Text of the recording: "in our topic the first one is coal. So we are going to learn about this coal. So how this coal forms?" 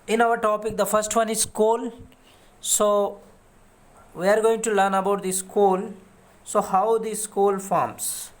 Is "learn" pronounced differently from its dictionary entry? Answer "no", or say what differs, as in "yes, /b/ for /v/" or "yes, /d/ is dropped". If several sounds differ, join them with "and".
no